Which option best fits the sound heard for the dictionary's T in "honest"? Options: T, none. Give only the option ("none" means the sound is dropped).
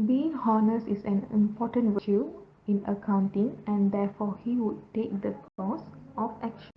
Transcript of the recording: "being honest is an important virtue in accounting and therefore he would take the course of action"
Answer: none